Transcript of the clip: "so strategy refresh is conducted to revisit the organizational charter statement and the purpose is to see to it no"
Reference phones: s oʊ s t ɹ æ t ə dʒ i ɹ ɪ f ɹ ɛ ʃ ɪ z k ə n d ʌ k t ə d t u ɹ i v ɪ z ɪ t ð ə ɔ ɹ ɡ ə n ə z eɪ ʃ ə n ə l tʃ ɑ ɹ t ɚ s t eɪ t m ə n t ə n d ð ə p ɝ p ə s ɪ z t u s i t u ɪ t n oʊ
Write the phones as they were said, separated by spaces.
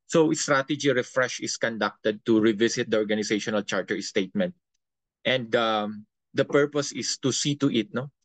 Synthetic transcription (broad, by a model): s oʊ s t ɹ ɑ t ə dʒ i ɹ ɪ f ɹ ɛ ʃ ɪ s k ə n d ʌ k t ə d t u ɹ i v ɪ s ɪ t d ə ɔ ɹ ɡ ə n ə s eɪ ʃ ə n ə l tʃ ɑ ɹ t ɚ s t eɪ t m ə n t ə n d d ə p ɝ p ə s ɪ s t u s i t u ɪ t n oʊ